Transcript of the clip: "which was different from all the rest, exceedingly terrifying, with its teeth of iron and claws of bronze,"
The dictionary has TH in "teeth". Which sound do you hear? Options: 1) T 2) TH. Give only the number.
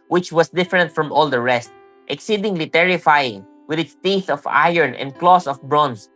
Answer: 2